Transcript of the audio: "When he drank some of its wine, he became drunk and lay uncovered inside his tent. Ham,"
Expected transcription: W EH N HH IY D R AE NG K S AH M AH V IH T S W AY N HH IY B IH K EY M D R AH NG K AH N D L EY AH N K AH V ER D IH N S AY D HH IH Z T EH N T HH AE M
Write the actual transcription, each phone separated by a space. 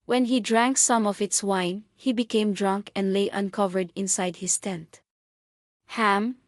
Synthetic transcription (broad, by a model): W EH N HH IY D R AE NG K S AH M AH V IH T S W AY N HH IY B IH K EY M D R AH NG K AH N D L EY AH N K AH V ER D IH N S AY D HH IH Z T EH N T HH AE M